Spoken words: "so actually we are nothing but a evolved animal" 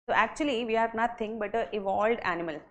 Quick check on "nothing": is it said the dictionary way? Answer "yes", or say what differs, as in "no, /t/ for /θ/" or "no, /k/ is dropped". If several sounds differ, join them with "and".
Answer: no, /t/ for /θ/